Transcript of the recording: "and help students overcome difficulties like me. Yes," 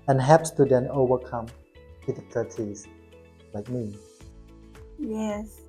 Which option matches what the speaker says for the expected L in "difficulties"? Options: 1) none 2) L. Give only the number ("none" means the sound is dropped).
1